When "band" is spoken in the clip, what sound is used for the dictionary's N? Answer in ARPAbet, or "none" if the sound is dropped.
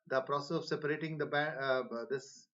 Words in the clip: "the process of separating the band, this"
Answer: none